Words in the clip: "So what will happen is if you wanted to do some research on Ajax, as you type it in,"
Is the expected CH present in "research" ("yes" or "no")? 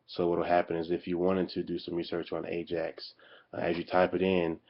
yes